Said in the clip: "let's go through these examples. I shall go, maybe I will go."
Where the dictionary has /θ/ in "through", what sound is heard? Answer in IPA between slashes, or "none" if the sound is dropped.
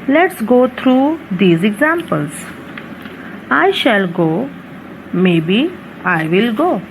/t/